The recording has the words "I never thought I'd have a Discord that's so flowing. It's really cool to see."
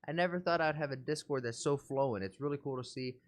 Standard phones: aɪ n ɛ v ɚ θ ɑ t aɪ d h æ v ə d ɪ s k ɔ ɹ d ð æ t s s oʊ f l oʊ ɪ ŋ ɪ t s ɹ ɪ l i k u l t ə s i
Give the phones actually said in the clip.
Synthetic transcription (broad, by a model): aɪ n ɛ v ɚ θ ɑ t aɪ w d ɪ v ə d ɪ s k ɔ ɹ d ð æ t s s oʊ f l oʊ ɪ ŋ ɪ t s ɹ ɪ l i k u l t ə s i